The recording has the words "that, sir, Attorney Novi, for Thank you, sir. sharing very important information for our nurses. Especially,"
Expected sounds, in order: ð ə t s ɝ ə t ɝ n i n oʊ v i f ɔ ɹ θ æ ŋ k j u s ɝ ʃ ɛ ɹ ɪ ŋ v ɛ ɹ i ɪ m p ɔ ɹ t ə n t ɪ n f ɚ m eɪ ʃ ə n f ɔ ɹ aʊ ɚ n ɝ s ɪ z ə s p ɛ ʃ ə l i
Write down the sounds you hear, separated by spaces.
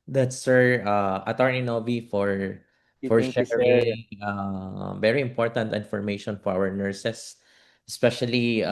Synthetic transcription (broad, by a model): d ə t s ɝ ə t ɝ n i n oʊ v i f ɔ ɹ f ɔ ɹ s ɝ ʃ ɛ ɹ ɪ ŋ v ɛ ɹ i ɪ m p ɔ ɹ t ə n t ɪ n f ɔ m eɪ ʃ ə n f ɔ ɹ aʊ ɚ n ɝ s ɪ s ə s p ɛ ʃ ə l i